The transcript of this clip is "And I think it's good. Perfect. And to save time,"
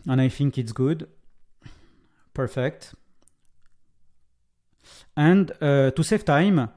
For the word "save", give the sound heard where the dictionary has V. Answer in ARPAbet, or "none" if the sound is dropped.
F